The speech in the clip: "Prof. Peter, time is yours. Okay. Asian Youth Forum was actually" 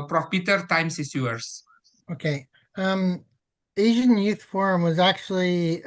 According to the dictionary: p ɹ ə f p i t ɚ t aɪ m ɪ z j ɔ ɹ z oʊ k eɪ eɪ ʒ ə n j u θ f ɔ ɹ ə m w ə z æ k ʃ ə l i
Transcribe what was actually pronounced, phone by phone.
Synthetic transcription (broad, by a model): p ɹ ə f p i t ɚ t aɪ m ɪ s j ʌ ɹ s oʊ k eɪ eɪ ʒ ə n j u θ f ɔ ɹ ə m w ə z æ k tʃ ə l i